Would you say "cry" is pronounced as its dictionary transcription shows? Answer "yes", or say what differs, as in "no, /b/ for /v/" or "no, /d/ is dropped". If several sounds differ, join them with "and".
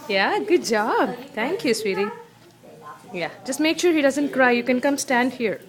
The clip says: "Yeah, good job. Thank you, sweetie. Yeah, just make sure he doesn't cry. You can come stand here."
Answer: yes